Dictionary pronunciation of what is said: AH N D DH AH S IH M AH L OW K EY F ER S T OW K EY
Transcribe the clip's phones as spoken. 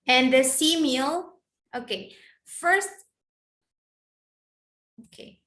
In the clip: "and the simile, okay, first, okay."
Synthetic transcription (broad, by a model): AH N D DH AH S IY M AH L OW K EY F ER S T OW K EY